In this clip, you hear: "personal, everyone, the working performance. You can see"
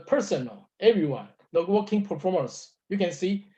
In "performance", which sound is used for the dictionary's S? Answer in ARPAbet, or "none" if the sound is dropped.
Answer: S